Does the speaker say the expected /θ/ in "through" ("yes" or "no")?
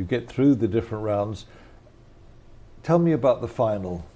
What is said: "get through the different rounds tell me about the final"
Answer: yes